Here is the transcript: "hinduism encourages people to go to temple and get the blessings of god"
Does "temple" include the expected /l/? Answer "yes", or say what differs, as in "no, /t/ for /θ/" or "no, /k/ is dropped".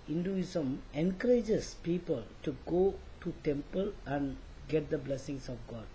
yes